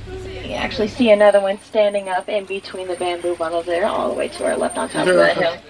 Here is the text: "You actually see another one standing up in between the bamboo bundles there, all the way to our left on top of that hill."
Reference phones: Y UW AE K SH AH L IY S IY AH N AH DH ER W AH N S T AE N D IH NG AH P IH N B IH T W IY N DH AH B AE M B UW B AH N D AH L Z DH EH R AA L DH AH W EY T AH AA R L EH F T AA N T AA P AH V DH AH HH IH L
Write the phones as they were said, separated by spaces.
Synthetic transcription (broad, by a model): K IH AE K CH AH L IY S IY AH N AH DH ER W AH N S T AE N D IH NG AH P IH N B IH T W IY N DH AH B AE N B UW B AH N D L Z DH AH R AA L DH AH W EY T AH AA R L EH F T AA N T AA AH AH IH